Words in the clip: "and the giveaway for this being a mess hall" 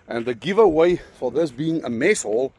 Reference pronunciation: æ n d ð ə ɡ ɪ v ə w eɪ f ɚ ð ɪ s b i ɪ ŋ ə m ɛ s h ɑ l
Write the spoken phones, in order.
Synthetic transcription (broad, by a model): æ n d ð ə ɡ ɪ v ə w eɪ f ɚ ð ɪ s b i ɪ ŋ ə m ɛ s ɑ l